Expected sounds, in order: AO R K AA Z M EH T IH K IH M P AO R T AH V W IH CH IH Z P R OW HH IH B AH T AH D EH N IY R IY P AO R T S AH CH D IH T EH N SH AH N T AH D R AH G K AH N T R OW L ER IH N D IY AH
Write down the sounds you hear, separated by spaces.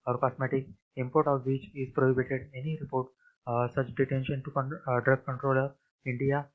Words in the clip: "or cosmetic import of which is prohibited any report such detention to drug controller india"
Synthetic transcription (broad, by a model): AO R K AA S M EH T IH K IH M P AO R T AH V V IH CH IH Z P R OW HH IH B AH T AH D EH N IY R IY P AO R T S AH CH D IH T EH N SH AH N T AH D R AH G K AH N T R OW L ER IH N D IY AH